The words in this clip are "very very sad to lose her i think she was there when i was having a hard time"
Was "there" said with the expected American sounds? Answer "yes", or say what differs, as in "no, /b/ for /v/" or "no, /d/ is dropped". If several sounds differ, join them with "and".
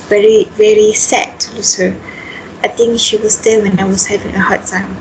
no, /l/ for /ɹ/